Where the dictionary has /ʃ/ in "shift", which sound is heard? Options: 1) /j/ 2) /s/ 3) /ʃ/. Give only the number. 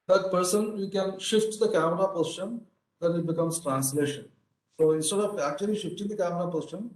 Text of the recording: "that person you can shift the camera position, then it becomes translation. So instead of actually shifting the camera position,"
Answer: 3